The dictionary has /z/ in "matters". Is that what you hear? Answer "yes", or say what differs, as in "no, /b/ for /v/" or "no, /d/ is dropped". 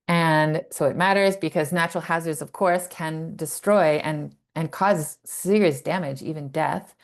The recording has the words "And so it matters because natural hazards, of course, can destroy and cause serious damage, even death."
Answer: yes